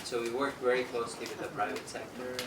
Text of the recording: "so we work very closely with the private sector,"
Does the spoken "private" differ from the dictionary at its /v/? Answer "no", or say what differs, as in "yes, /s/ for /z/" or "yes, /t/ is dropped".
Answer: no